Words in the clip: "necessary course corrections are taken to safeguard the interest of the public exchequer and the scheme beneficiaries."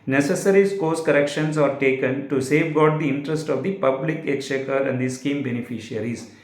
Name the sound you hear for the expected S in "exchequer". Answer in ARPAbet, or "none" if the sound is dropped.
none